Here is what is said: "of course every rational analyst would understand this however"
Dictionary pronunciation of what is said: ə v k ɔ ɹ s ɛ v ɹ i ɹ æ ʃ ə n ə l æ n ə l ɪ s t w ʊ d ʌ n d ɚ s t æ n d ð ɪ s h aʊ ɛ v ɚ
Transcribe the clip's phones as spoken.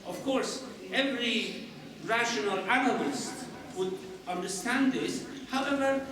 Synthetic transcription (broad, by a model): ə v k ɔ ɹ s ɛ v ɹ i ɹ æ ʃ ə n ə l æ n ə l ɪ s t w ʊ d ʌ n d ɚ s t æ n d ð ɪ s h aʊ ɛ v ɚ